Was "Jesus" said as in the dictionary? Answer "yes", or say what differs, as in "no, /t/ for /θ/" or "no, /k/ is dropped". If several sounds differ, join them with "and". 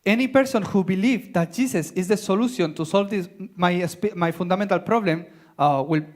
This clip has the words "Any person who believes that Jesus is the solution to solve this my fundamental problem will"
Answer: no, /s/ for /z/